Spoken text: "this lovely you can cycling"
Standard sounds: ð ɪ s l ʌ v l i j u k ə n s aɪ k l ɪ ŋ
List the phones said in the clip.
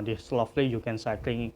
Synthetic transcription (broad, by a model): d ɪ s l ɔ f l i j u k ə n s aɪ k l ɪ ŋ